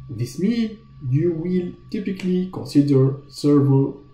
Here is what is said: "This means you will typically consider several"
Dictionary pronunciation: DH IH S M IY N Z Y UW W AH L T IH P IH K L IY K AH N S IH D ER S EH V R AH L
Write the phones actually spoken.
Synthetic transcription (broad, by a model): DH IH S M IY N Y UW W AH L T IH P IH K L IY K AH N S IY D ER S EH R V